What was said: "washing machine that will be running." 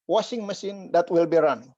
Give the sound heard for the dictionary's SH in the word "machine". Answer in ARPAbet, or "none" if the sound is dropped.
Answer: S